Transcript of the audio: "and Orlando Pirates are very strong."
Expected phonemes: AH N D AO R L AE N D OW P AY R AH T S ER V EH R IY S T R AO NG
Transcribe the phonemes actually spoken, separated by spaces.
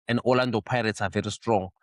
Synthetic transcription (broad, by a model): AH N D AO L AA N D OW P AY R AH T S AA V EH R IY S T R AO NG